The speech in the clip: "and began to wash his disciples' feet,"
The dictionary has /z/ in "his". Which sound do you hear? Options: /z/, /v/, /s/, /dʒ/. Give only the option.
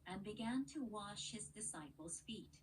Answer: /z/